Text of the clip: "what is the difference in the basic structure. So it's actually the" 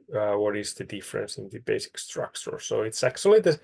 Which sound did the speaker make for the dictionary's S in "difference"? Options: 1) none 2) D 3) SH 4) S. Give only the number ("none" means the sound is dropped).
4